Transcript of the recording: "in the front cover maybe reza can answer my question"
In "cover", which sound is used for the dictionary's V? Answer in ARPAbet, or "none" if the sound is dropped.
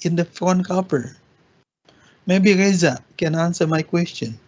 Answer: P